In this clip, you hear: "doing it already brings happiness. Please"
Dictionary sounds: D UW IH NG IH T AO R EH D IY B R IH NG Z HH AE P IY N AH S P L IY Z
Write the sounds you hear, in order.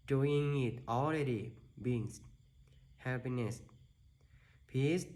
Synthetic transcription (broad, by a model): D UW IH NG IH T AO L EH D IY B IH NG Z HH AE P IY N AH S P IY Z